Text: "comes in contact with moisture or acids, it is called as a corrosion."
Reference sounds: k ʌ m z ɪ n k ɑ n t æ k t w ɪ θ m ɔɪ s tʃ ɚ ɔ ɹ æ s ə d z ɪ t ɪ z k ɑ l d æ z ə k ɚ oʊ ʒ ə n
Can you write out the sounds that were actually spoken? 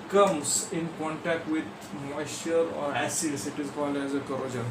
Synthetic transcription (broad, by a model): k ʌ m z ɪ n k ɑ n t æ k t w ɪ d m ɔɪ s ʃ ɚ ɔ ɹ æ s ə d s ɪ t ɪ z k ɑ l d æ z ə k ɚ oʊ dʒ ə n